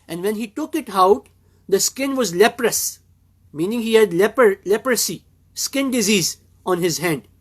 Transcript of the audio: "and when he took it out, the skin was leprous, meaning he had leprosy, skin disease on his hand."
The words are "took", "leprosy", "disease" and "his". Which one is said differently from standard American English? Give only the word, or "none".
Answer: none